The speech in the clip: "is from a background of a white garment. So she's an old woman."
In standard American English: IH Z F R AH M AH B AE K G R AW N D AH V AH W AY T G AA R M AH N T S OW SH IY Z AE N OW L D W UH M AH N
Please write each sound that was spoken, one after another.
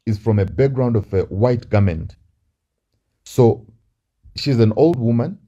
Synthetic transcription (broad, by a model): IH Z F R AH M AH B AE K G R AW N D AH V AH W AY T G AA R M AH N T S OW SH IY Z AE N OW L D W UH M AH N